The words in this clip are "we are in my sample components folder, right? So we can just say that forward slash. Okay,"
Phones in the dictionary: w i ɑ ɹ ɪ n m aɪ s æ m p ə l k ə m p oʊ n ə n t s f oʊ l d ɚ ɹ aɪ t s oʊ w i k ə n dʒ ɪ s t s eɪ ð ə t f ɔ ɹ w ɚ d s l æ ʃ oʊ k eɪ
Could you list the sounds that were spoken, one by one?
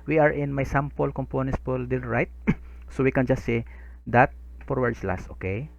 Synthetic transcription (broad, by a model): w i ɑ ɹ ɪ n m aɪ s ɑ m p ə l k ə m p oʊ n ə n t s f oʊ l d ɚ ɹ aɪ t s oʊ w i k ə n dʒ ɪ s t s eɪ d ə t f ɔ ɹ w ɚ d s l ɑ s oʊ k eɪ